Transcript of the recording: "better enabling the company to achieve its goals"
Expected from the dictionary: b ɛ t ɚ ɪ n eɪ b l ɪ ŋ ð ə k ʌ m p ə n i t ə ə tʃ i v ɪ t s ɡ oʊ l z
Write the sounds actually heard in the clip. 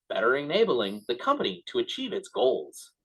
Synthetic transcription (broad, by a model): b ɛ t ɚ ɪ n eɪ b l ɪ ŋ ð ə k ʌ m p ə n i t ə ə tʃ i v ɪ t s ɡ oʊ l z